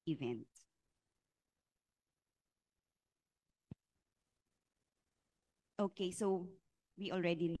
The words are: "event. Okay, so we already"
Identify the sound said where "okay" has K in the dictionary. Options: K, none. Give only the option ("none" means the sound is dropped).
K